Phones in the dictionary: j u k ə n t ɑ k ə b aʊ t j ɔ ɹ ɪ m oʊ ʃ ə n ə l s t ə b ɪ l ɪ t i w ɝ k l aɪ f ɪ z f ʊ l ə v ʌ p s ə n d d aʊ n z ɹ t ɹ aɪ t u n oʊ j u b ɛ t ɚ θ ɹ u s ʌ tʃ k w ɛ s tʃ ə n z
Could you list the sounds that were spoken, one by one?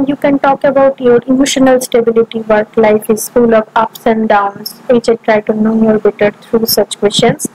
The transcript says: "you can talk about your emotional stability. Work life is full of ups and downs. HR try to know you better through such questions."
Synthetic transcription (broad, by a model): j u k ə n t ɑ k ə b aʊ t j ɔ ɹ ɪ m oʊ ʃ ə n ə l s t ə b ɪ l ɪ t i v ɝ k l aɪ f ɪ z f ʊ l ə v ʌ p s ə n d d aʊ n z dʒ t ɹ aɪ t u n oʊ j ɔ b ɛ t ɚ t ɹ u s ʌ tʃ k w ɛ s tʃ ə n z